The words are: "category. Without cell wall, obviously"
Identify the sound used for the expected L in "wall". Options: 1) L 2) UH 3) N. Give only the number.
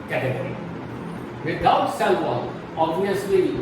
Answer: 3